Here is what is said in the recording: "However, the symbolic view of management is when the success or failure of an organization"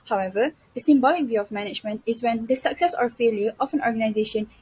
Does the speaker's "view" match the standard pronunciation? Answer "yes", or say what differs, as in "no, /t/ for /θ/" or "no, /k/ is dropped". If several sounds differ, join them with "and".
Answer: yes